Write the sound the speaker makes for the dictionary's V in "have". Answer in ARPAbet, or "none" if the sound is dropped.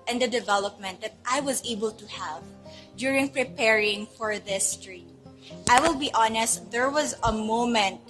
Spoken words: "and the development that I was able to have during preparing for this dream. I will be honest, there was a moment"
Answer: V